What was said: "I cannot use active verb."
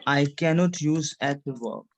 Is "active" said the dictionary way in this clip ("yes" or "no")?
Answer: no